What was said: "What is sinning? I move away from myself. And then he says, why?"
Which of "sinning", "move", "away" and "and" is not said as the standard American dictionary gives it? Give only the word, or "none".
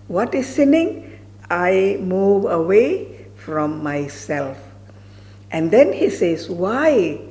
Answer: none